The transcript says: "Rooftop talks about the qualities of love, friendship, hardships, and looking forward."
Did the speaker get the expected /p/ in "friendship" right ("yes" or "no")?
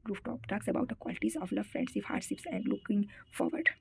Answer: no